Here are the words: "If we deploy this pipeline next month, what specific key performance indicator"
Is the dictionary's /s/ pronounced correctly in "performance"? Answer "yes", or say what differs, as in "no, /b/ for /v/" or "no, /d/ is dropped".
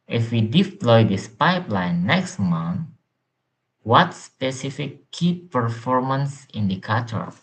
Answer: yes